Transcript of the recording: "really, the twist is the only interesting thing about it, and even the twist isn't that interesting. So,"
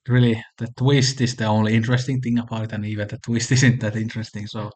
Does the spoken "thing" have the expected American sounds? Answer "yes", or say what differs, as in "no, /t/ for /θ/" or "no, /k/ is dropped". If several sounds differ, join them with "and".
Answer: yes